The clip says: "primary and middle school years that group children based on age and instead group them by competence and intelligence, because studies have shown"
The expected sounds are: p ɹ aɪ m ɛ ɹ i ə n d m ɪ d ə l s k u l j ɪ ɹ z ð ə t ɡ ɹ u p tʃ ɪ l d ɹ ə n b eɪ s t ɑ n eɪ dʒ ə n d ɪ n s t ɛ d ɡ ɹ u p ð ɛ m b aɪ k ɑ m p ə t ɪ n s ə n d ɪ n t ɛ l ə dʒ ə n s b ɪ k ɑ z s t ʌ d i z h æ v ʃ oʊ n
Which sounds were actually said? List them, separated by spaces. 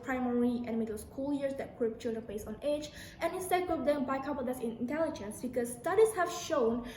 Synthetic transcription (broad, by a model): p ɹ aɪ m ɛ ɹ i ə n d m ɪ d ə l s k u l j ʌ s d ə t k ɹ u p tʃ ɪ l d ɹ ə n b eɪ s ɑ n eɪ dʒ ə n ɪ n s t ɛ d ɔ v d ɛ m b aɪ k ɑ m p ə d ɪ s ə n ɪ n t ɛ l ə dʒ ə n s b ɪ k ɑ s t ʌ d i s h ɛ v ʃ oʊ n